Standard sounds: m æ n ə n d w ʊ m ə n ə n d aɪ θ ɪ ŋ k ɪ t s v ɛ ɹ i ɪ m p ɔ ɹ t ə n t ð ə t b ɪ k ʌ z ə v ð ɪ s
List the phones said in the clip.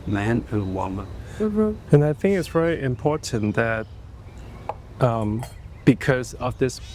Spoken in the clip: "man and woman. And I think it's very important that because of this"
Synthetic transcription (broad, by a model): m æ n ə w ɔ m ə ə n aɪ θ ɪ ŋ k ɪ t s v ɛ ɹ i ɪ m p ɔ ɹ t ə n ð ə t b ɪ k ʌ z ə v ð ɪ s